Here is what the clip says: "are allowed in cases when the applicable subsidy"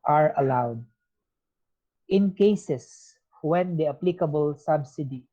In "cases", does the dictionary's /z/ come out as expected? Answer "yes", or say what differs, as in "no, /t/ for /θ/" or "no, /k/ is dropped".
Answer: no, /s/ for /z/